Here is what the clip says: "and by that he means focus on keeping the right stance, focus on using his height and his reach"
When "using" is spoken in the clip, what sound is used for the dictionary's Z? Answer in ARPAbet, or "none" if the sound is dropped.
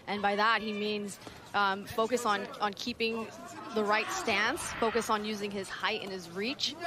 Z